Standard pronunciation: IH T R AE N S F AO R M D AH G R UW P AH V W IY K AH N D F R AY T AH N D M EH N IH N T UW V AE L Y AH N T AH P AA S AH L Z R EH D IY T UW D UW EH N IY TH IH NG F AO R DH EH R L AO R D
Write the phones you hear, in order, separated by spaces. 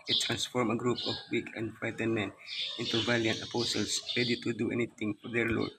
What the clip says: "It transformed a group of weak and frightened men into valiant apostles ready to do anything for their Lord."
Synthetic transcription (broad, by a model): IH T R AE N S F AO R M AH G R UW P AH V W IY K AH N D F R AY T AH N M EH N IH N T UW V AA L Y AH N T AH P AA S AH L S R EH D IY T UW D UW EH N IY T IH NG F AO R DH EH R L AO R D